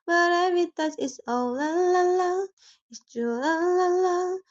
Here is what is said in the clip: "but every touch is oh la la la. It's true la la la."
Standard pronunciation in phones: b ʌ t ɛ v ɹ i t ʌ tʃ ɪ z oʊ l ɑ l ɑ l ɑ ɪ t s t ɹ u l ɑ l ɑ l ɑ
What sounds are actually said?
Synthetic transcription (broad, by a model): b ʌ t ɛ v i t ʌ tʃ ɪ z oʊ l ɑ l ɑ l ɑ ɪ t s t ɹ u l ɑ l ɑ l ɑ